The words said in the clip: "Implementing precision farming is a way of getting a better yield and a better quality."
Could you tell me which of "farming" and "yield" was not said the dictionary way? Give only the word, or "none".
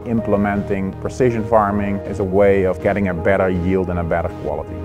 none